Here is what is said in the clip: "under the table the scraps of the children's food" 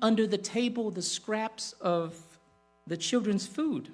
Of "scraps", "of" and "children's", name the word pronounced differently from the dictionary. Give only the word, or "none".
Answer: none